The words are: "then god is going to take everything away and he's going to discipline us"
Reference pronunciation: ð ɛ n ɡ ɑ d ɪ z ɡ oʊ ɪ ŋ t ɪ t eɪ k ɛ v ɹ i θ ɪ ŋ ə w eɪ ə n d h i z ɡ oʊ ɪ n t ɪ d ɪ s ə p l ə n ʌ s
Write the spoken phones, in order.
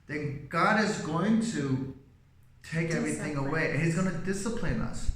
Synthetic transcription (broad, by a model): ð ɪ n ɡ ɑ d ɪ z ɡ oʊ ɪ ŋ t ɪ t eɪ k ɛ v ɹ i θ ɪ ŋ ə w eɪ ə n h i z ɡ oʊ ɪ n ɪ d ɪ s ə p l ə n ʌ s